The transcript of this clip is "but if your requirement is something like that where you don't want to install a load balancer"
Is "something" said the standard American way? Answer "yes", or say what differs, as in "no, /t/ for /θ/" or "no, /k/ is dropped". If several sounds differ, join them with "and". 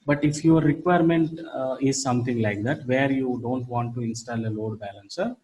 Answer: no, /t/ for /θ/